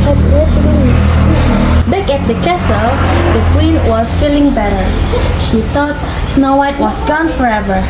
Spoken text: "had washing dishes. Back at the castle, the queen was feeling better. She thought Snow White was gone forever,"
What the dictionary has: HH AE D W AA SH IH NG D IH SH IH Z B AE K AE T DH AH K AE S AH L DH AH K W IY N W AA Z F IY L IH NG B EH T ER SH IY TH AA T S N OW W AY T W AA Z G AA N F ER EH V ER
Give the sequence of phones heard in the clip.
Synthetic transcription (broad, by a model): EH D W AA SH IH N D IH S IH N B AE K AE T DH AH K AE S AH L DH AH K W IY N W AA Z F IY L IH NG B EH T ER SH IY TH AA T S N OW W AY T W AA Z G AA N F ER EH V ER